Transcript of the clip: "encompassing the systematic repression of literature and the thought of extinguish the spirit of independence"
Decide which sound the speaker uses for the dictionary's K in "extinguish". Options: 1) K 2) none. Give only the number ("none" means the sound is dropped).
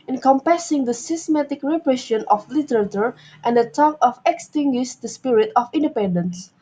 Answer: 1